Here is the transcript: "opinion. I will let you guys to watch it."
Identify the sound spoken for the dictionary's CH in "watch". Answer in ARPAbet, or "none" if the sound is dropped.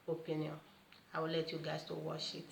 SH